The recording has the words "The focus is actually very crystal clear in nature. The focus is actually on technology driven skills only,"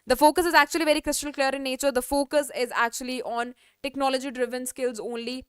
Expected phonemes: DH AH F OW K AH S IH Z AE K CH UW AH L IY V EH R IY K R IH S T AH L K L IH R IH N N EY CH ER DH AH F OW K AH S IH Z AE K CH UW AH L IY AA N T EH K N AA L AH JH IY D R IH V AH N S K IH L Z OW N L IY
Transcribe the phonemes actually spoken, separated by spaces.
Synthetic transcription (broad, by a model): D AH F OW K AH S IH Z AE K CH UW AH L IY V EH R IY K R IH S T AH L K L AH R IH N N EY CH ER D AH F OW K AH S IH Z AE K CH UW AH L IY AA N T EH K N AA L AH JH IY D R IH V AH N S K IH L Z OW N L IY